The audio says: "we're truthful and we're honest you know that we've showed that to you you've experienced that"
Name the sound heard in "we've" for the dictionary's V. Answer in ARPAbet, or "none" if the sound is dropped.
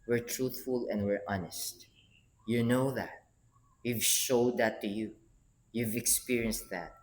V